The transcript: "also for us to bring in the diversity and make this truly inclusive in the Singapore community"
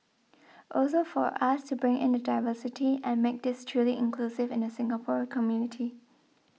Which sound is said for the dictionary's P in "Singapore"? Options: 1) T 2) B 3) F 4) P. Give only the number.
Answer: 4